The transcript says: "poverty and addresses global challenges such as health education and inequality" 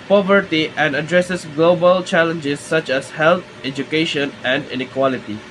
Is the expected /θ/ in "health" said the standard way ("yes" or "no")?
no